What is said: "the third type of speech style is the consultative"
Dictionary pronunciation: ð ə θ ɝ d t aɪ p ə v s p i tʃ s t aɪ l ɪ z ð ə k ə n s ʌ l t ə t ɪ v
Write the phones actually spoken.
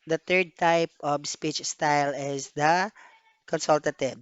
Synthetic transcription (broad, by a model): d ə t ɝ d t aɪ p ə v s p i tʃ s t aɪ l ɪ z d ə k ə n s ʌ l t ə t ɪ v